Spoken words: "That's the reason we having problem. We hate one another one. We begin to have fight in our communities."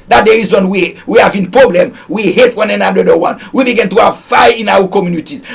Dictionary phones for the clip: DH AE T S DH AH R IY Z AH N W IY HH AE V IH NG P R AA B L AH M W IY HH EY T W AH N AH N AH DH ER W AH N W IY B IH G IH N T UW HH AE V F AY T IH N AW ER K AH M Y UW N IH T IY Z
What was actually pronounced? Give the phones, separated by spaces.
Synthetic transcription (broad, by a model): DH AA T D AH R IY Z AH N W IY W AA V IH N P R AA B L AH M W IY HH EY T W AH N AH N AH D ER W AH N W IY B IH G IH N T UW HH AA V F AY IH N AW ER K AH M Y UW N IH T IY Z